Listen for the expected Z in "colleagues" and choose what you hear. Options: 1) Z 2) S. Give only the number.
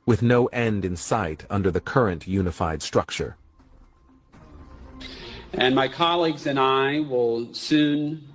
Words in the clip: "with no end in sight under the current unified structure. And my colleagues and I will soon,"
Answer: 1